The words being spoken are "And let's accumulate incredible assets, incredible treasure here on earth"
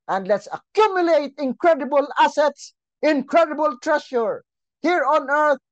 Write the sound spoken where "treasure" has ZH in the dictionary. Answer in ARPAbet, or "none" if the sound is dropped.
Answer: SH